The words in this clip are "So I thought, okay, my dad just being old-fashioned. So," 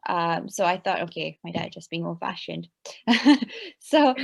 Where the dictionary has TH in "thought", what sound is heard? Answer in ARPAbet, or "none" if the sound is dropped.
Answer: TH